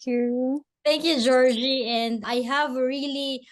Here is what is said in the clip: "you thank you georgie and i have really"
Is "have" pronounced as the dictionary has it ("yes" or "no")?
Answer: yes